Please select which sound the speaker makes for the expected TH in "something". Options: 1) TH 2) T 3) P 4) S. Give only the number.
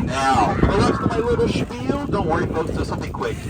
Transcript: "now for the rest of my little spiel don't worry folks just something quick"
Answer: 1